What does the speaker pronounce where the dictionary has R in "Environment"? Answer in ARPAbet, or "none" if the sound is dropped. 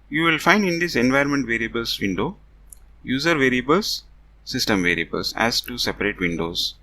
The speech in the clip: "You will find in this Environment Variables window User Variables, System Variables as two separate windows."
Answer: none